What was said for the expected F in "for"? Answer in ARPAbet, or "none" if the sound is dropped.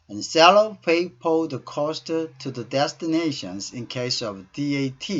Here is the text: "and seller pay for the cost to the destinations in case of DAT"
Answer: P